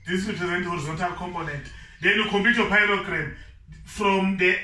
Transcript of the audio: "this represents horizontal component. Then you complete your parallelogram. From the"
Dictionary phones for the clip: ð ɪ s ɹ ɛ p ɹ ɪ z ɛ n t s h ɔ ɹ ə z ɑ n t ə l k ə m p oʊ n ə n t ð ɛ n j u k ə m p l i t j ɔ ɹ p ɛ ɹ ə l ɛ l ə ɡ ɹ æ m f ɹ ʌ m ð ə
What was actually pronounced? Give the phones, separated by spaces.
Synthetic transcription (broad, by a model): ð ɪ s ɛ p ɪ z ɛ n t h ɔ ɹ ə z ɑ n t ə l k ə m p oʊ n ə n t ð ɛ n j u k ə m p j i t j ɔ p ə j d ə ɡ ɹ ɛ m f ɹ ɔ m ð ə